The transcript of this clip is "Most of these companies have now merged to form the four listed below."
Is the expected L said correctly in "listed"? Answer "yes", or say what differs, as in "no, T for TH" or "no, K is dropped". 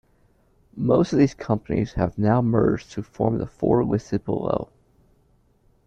no, W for L